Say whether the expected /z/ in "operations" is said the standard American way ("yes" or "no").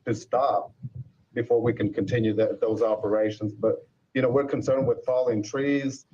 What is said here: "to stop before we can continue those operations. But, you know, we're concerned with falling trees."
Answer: yes